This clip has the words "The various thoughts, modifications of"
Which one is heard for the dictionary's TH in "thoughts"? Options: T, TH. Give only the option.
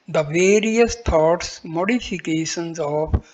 T